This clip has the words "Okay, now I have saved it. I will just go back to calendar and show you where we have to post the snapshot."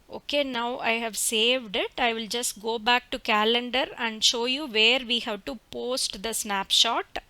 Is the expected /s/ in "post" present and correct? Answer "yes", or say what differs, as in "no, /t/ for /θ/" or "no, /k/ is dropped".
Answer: yes